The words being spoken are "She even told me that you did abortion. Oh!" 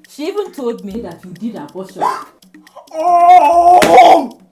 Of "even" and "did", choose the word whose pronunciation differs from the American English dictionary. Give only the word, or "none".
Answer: even